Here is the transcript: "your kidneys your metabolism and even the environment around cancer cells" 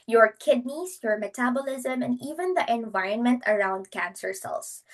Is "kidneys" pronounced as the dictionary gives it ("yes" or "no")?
no